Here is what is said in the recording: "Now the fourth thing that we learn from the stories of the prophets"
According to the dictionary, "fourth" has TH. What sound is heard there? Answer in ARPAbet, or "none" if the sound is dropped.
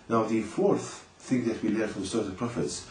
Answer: TH